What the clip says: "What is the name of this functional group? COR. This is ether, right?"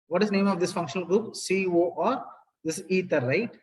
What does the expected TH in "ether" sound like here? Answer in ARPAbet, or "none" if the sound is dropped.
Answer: T